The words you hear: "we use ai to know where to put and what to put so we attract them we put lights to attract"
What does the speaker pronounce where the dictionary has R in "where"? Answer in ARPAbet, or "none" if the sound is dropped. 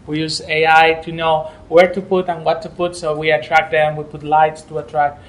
R